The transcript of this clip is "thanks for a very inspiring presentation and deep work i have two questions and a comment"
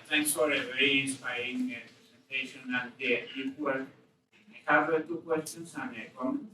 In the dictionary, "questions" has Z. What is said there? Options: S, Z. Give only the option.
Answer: S